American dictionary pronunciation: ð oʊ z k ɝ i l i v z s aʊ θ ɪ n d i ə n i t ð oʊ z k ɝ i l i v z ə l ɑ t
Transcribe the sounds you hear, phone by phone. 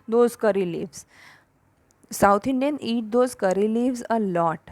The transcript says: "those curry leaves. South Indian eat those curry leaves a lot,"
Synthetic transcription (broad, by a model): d oʊ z k ɝ i l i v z s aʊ t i n d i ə n i t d oʊ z k ɝ i l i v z ə l ɑ t